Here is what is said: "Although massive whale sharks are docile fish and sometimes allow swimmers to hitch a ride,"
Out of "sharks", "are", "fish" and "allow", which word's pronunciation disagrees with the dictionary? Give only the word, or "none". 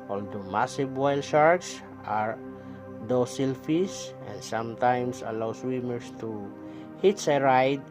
fish